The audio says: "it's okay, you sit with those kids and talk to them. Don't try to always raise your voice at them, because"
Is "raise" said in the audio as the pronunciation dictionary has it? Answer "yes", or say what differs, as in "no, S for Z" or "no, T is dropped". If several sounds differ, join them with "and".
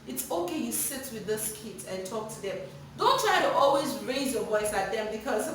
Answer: yes